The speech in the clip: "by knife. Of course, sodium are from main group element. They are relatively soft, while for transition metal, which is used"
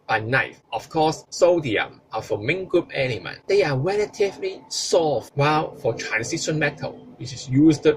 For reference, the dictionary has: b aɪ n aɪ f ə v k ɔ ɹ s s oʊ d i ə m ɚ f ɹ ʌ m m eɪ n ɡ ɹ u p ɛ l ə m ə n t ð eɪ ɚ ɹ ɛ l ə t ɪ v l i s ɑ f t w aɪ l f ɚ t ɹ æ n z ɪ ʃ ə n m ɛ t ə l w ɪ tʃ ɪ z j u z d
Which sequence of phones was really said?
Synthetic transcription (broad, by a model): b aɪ n aɪ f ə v k ɔ s s oʊ d i ə m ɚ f ɹ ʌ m m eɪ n ɡ ɹ u p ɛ n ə m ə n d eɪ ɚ ɹ ɛ l ə t ɪ v l i s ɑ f w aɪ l f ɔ t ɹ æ n s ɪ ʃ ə n m ɛ t ə l w ɪ tʃ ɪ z j u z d